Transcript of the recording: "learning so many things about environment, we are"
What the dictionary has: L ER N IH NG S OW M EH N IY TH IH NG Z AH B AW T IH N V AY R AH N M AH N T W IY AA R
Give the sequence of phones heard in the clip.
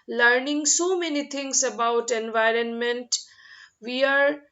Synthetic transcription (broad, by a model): L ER N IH NG S OW M EH N IY T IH NG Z AH B AW T IH N V AY R AH N M AH N T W IY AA R